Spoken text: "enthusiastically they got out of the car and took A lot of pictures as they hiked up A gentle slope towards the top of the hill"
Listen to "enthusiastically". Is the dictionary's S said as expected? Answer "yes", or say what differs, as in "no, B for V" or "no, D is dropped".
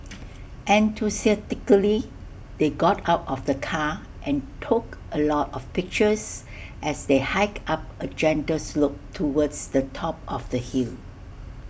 no, S is dropped